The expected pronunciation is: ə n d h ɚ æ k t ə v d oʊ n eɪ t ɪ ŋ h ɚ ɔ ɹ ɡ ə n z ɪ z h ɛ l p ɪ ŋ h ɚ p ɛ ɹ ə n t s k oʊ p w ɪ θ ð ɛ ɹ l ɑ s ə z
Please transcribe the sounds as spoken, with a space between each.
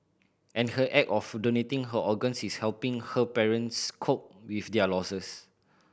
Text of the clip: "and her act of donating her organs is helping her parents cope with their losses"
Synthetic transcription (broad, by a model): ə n h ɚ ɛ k ə f d oʊ n eɪ t ɪ ŋ h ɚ ɔ ɡ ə n s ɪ s h ɛ l p ɪ ŋ h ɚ p ɛ ɹ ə n s k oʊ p w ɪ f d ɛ l ɑ s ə s